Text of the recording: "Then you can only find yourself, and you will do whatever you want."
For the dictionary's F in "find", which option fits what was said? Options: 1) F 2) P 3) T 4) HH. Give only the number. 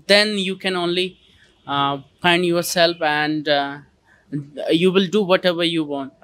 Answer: 2